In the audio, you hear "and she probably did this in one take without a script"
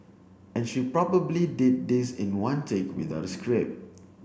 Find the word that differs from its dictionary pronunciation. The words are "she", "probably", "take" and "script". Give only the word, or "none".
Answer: script